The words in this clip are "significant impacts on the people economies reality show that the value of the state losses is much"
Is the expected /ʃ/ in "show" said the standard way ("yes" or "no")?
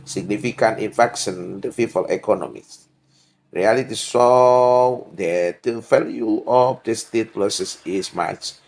no